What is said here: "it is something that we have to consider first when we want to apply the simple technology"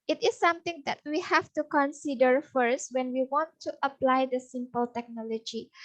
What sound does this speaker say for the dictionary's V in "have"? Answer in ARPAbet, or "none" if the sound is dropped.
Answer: F